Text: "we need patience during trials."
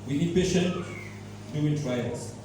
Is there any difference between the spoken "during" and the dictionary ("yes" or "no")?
yes